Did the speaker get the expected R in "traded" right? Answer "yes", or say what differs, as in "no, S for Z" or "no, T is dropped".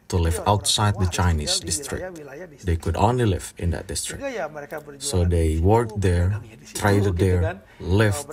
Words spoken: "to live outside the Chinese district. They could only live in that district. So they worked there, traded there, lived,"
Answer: yes